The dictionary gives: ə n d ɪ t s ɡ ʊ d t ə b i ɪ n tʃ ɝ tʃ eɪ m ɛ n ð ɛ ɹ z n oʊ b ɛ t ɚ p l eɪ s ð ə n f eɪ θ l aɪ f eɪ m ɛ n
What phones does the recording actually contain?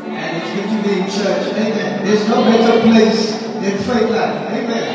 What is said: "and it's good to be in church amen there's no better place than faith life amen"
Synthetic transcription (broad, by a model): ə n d ɪ t s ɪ t ə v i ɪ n tʃ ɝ tʃ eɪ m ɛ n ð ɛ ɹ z n oʊ b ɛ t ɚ p l eɪ s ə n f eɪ t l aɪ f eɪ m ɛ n